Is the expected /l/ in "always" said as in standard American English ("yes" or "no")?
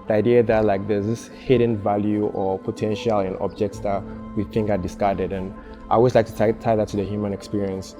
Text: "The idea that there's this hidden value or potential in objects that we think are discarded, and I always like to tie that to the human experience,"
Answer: no